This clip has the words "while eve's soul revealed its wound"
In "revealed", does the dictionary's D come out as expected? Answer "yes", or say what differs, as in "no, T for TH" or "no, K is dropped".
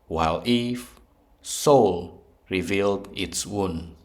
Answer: yes